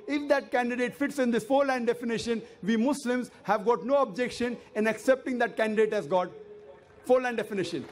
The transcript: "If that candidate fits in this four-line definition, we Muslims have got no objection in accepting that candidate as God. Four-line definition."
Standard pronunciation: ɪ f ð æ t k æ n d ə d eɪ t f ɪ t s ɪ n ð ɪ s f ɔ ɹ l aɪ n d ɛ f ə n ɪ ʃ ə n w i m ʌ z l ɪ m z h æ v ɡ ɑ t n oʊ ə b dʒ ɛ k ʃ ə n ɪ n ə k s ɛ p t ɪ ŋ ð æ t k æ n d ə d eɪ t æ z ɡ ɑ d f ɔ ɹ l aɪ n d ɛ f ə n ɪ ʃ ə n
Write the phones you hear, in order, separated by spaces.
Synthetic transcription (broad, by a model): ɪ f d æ t k æ n d ə d eɪ t f ɪ t s ɪ n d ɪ s f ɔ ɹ l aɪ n d ɛ f ə n ɪ ʃ ə n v i m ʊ s l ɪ m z h æ v ɡ ɑ t n oʊ ə b dʒ ɛ k ʃ ə n ɪ n ə k s ɛ p t ɪ ŋ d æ t k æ n d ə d eɪ t æ z ɡ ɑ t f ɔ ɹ l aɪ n d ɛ f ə n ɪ ʃ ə n